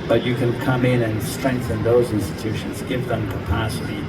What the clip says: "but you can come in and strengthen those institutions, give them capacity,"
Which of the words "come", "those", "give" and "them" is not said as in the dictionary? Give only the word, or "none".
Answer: none